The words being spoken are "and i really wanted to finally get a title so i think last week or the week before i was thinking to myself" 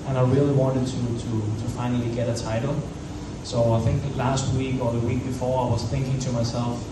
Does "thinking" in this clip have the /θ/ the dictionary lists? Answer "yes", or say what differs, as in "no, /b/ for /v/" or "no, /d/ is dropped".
yes